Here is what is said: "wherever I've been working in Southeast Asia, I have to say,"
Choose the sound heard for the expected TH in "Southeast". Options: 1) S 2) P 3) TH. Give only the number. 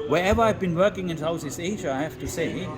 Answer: 1